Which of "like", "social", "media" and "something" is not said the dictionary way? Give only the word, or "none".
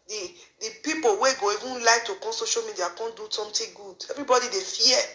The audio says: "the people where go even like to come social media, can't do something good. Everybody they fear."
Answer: something